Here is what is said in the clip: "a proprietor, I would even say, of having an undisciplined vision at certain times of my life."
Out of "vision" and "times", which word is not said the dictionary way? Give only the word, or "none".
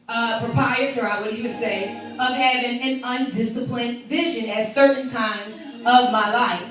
none